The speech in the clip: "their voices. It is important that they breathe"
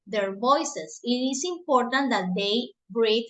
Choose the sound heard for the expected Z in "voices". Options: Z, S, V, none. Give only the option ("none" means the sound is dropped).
S